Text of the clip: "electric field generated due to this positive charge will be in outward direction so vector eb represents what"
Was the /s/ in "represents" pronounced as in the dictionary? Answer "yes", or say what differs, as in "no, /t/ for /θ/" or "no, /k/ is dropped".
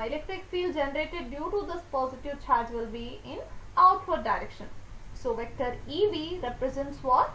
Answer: yes